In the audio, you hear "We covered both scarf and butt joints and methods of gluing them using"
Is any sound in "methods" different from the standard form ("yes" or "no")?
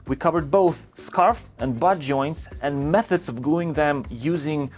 no